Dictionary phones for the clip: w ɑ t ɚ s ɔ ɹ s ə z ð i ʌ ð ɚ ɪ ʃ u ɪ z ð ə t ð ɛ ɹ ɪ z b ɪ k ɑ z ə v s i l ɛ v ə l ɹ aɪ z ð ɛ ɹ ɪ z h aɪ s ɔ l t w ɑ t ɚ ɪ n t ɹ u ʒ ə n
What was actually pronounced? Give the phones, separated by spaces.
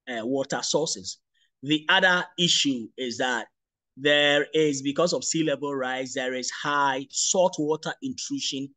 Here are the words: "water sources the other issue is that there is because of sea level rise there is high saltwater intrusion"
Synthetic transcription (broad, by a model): w ɑ t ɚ s ɔ s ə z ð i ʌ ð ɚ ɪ ʃ u ɪ z ð ə t ð ɛ ɹ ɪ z b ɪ k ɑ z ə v s i l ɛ b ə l ɹ aɪ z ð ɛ ɹ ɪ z h aɪ s ɔ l t w ɑ t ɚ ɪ n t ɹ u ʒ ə n